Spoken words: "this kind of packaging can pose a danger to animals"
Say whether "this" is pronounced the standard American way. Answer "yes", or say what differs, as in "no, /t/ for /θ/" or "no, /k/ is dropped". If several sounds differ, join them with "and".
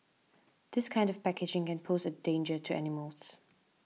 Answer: yes